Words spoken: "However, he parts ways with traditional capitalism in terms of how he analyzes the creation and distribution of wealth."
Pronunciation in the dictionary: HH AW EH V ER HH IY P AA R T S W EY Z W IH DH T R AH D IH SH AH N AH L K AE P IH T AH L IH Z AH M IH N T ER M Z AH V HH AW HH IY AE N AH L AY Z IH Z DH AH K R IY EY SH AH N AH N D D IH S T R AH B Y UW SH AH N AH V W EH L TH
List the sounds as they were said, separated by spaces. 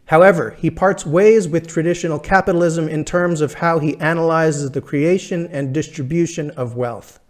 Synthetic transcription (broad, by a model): HH AW EH V ER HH IY P AA R T S W EY Z W IH DH T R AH D IH SH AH N L K AE P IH T L IH Z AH M IH N T ER M Z AH V HH AW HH IY AE N AH L AY Z IH Z DH AH K R IY EY SH AH N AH N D D IH S T R AH B Y UW SH AH N AH V W EH L TH